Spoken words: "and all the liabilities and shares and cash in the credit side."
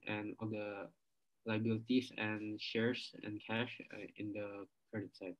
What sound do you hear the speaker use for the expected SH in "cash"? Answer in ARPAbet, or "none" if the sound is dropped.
SH